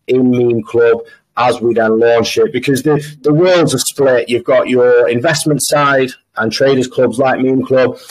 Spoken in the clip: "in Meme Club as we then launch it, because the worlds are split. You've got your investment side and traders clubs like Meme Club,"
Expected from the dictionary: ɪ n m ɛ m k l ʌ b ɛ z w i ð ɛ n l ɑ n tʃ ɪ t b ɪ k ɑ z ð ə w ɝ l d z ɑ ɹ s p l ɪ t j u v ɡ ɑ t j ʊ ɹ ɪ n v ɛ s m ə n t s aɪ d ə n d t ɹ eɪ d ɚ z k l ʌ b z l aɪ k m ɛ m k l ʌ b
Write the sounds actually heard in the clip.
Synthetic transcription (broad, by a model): ɪ n m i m k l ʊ b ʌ z w i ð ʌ n l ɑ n ʃ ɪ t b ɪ k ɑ z ð ə w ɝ l d z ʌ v s p l ɪ t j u v ɡ ɑ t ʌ ɹ ɪ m v ɛ s m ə n t s aɪ d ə n t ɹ eɪ d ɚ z k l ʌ b z l aɪ k m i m k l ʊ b